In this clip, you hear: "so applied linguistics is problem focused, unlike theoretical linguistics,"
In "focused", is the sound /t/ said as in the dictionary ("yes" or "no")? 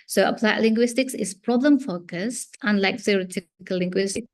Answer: yes